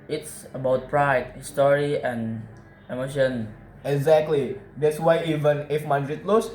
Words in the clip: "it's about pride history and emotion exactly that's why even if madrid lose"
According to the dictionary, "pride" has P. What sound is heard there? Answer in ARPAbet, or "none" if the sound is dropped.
P